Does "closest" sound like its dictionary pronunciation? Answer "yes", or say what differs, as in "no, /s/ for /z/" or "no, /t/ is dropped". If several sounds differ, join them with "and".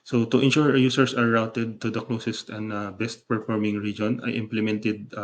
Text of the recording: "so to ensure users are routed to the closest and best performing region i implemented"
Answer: yes